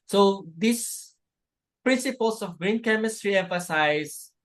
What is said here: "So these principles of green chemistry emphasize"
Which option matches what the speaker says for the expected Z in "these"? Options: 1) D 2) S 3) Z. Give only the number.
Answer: 2